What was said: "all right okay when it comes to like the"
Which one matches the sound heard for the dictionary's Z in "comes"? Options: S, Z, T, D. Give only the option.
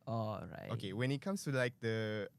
S